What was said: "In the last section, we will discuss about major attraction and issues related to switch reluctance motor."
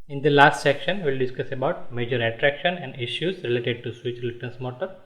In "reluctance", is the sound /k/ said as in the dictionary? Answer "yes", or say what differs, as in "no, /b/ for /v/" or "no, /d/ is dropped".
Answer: no, /k/ is dropped